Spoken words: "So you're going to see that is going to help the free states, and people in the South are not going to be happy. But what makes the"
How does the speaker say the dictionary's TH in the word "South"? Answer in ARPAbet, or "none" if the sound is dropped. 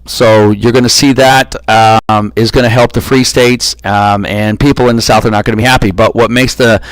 TH